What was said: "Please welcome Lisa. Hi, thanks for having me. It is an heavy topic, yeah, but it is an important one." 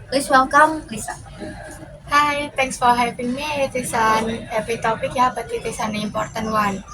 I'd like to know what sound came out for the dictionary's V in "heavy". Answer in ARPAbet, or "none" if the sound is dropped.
P